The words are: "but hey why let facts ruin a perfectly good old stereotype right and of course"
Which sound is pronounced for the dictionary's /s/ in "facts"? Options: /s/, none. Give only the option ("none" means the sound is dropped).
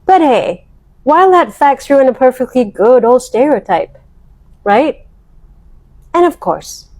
/s/